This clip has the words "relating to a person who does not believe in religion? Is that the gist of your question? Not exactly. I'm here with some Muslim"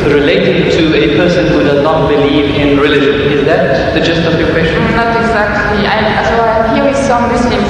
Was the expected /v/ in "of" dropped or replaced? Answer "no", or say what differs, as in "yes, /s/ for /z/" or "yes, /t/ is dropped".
yes, /f/ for /v/